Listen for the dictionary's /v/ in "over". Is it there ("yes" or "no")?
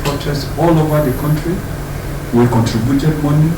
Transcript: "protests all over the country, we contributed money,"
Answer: yes